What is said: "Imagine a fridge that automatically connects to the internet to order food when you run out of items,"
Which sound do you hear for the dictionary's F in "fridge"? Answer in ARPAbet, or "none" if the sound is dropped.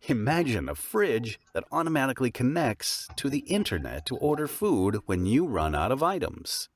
F